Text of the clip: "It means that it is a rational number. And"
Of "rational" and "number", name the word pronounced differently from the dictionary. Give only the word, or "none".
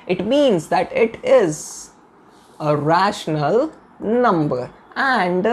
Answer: none